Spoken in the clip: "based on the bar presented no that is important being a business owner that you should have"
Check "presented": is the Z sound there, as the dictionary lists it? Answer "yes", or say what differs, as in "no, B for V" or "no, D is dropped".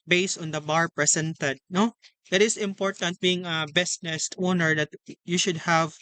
no, S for Z